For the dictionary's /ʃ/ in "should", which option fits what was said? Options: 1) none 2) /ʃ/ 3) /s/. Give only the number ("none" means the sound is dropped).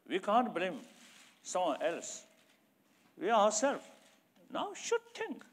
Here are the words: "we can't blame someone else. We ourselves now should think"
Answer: 2